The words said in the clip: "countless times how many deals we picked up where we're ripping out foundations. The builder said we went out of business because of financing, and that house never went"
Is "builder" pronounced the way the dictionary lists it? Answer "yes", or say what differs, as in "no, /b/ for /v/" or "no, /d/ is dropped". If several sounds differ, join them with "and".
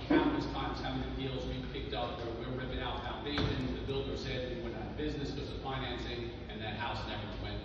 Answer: yes